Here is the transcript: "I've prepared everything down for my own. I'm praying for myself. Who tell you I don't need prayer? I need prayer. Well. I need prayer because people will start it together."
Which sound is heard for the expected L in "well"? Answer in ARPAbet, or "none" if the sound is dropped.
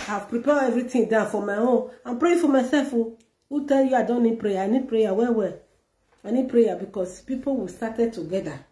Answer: W